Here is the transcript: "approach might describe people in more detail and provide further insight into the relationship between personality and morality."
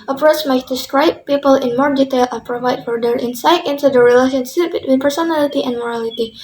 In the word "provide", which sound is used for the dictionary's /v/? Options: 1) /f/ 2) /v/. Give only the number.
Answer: 2